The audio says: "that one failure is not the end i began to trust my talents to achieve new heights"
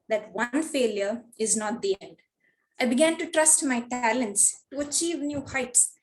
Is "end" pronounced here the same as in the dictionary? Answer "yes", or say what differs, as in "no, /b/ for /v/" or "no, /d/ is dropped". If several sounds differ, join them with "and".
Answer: yes